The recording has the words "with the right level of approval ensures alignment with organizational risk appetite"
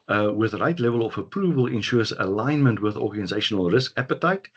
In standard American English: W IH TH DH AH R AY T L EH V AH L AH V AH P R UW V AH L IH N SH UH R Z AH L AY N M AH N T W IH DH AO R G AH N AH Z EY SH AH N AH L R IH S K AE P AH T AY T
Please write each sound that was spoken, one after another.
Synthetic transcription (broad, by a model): W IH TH DH AH R AY T L EH V AH L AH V AH P R UW V AH L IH N SH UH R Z AH L AY N M AH N T W IH DH AO R G AH N AH Z EY SH AH N AH L R IH S K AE P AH T AY T